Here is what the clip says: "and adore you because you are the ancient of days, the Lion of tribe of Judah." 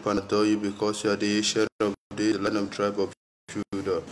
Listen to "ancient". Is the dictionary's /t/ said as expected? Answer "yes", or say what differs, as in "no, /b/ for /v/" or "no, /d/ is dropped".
no, /t/ is dropped